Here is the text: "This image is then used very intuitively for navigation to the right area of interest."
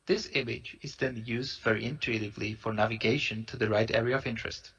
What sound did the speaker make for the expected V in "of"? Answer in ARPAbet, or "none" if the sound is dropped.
V